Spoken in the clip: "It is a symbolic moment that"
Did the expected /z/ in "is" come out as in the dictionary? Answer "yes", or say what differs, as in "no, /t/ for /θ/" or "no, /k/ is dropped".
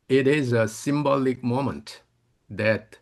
yes